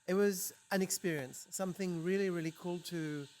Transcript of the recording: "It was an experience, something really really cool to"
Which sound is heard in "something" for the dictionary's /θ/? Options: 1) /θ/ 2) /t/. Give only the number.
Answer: 1